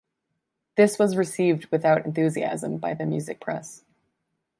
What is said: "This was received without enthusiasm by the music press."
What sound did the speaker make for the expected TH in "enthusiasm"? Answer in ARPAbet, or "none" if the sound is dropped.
TH